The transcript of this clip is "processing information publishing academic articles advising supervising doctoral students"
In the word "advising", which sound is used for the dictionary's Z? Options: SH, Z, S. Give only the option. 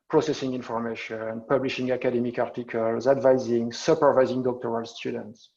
Z